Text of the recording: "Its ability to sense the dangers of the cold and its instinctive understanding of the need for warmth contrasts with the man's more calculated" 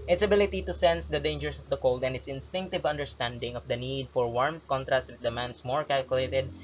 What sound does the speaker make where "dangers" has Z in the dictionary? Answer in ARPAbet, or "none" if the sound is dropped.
S